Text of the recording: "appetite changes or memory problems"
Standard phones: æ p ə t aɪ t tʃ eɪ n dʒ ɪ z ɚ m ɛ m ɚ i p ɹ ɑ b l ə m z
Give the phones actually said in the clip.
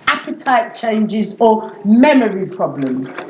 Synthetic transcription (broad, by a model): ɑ p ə t aɪ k tʃ eɪ n dʒ ɪ z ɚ m ɛ m ɚ i p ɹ ɑ b l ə m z